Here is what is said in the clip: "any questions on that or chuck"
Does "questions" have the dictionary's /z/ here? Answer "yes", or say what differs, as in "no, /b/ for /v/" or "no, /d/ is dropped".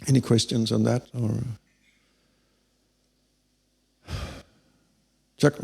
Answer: yes